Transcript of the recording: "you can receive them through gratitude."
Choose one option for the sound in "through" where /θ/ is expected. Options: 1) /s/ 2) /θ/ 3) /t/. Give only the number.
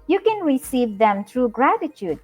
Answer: 3